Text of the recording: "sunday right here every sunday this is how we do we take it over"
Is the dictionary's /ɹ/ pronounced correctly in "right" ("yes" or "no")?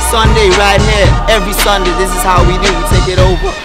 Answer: yes